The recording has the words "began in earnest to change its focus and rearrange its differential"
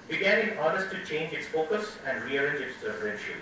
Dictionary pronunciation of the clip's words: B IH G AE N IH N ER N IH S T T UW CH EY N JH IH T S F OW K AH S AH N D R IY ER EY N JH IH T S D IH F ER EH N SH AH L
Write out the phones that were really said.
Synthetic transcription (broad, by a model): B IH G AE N IH N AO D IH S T T UW CH EY N JH IH T S F OW K AH S AH N D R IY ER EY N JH IH T S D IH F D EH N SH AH